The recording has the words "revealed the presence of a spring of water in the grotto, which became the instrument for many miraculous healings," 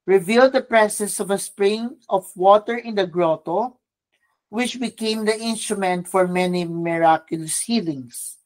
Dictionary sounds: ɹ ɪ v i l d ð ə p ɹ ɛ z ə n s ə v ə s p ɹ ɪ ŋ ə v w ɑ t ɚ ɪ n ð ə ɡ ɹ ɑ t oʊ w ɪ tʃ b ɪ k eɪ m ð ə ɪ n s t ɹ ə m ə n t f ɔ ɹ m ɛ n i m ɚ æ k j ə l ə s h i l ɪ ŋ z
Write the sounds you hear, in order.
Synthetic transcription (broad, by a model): ɹ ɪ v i l d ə p ɹ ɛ s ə s ə v ə s p ɹ ɪ ŋ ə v w ɑ t ɚ ɪ n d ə ɡ ɹ ɑ t oʊ w ɪ tʃ b ɪ k eɪ m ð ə ɪ n s t ɹ ə m ə n t f ɔ ɹ m ɛ n i m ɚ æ k j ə l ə s h i l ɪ ŋ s